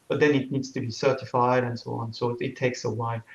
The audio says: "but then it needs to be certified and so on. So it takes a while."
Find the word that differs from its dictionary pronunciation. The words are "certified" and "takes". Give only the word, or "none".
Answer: none